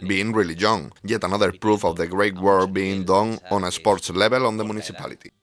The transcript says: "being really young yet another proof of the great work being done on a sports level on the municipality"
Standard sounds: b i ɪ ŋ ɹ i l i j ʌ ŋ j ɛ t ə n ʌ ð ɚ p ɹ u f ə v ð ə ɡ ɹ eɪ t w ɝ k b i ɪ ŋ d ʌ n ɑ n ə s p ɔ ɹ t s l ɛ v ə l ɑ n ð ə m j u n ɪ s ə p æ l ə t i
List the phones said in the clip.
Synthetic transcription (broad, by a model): b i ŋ ɹ i l i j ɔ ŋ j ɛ t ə n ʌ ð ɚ p ɹ u f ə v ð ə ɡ ɹ eɪ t w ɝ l b i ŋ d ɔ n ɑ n ə s p ɔ ɹ t s l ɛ b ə l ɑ n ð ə m u n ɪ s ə p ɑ l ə t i